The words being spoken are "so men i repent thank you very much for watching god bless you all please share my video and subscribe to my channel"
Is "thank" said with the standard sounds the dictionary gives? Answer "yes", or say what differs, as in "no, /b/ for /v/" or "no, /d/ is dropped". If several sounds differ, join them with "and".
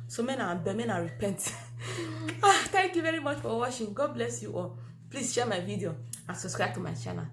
no, /t/ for /θ/